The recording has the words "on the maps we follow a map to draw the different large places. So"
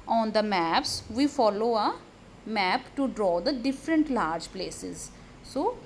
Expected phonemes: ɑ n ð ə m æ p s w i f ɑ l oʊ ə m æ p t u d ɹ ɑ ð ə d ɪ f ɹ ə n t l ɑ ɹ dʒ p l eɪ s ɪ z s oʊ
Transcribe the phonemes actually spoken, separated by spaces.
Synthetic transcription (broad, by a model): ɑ n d ə m æ p s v i f ɑ l oʊ ə m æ p t u d ɹ ɑ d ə d ɪ f ɹ ə n t l ɑ ɹ dʒ p l eɪ s ɪ z s oʊ